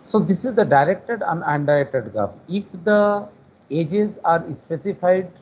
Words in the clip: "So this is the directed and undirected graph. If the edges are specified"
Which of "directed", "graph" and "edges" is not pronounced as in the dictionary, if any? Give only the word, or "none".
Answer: graph